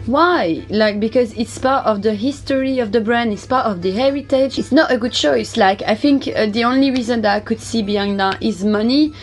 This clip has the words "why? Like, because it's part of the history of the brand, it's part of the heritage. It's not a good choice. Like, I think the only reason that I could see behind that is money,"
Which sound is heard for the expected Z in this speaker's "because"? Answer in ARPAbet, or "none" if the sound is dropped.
Z